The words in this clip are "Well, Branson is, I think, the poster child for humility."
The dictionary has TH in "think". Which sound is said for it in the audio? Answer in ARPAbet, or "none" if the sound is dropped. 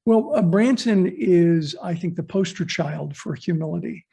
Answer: TH